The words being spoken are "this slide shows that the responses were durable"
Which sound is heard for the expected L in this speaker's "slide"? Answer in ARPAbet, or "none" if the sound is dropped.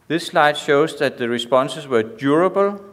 L